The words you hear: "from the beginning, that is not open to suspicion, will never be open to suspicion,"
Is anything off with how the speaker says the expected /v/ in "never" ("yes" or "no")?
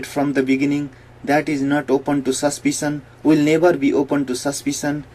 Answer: yes